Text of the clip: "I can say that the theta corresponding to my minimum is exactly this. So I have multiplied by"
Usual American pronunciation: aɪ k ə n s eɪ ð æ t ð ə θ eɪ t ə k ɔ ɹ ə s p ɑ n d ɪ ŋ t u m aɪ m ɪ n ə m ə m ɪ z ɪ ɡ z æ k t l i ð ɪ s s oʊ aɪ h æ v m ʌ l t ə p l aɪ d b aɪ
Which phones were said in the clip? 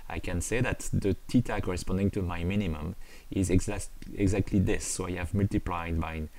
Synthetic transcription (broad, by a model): aɪ k ə n s eɪ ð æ t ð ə t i t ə k ɔ ɹ ə s p ɑ n d ɪ ŋ t u m aɪ m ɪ n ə m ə m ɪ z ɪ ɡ z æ k t l i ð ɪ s s oʊ aɪ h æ v m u l t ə p l aɪ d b aɪ